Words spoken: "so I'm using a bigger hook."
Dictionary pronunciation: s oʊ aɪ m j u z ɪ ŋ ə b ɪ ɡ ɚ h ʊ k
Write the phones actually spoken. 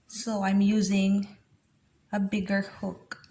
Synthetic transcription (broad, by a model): s oʊ aɪ m j u z ɪ ŋ ə b ɪ ɡ ɚ h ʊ k